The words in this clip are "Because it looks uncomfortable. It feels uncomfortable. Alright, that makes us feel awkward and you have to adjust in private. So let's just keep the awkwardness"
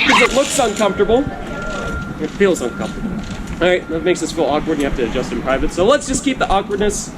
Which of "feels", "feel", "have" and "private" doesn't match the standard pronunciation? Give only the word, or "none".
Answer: have